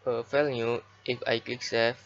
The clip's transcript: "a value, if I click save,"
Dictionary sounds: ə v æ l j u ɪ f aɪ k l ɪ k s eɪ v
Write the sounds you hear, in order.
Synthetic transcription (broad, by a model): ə f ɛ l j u ɪ f aɪ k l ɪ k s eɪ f